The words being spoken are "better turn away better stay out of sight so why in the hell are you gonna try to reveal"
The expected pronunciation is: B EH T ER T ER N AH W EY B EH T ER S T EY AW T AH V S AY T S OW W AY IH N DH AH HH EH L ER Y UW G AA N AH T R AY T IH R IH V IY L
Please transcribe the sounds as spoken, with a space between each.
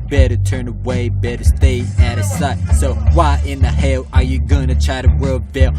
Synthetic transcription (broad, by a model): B EH T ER T ER N AH W EY B EH T ER S T EY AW T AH S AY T S OW W AY IH N DH AH HH EH L ER Y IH G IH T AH T R AY T IH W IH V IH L